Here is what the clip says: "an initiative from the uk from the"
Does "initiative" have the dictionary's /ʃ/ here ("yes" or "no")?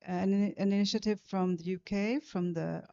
yes